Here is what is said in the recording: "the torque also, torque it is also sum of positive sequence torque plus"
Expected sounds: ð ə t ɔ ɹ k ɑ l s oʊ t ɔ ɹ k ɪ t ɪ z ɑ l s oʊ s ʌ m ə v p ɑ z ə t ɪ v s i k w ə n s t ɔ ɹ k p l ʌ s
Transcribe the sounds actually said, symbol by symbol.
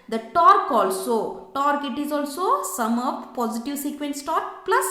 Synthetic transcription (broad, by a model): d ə t ɔ ɹ k ɑ l s oʊ t ɔ ɹ k ɪ t ɪ z ɑ l s oʊ s ʌ m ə p p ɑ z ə t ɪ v s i k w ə n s t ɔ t p l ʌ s